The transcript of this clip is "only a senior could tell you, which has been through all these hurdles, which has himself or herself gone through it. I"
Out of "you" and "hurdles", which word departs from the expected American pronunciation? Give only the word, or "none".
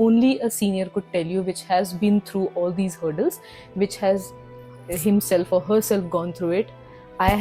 none